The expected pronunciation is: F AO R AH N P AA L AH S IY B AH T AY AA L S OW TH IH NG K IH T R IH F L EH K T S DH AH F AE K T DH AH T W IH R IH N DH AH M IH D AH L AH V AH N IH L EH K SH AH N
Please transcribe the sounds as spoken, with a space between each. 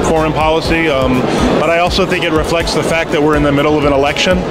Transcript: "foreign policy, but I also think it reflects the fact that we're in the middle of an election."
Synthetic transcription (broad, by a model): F AO R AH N P AA L AH S IY B AH T AY AA L S OW TH IH NG K IH T R IH F L EH K T S DH AH F AE K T DH AH T W IH R IH N DH AH M IH D L AH V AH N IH L EH K SH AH N